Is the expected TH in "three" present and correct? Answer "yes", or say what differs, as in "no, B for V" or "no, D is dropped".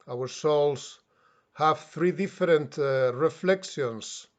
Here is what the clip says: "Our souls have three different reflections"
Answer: yes